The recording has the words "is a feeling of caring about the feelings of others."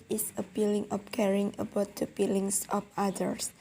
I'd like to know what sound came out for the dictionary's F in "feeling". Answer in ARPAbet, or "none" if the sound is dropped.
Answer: P